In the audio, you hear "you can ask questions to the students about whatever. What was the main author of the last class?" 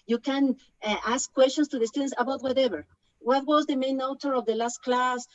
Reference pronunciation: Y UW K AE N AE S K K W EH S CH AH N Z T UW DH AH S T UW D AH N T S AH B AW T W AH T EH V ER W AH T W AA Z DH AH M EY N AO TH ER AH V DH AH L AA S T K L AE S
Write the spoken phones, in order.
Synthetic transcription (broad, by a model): Y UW K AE N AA S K K W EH S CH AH N S T UW DH AH S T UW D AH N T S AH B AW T W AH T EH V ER W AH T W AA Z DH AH M EY N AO T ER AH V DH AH L AA S T K L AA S